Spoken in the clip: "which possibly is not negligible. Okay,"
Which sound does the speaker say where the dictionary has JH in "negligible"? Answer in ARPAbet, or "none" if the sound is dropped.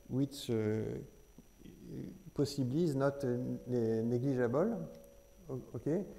ZH